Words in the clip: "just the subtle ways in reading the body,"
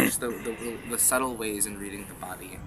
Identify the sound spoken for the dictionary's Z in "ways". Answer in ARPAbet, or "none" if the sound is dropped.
Z